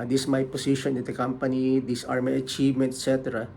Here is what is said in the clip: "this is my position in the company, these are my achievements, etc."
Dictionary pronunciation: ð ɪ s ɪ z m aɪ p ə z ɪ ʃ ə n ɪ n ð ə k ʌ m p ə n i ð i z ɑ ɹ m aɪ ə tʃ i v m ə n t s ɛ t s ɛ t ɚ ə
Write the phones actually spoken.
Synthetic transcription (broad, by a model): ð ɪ s m aɪ p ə s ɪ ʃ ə n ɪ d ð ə k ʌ m p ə n i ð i s ɑ ɹ m aɪ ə tʃ i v m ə n t ɛ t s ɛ t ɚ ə